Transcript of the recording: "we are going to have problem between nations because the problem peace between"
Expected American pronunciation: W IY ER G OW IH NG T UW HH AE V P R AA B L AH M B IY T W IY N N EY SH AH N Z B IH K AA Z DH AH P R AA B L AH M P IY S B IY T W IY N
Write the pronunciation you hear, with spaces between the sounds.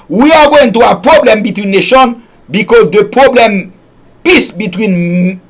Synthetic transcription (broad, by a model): W IY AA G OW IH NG T UW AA P R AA B L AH M B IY T W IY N N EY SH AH N B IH K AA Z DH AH P R AA B L AH M P IY S B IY T W IY N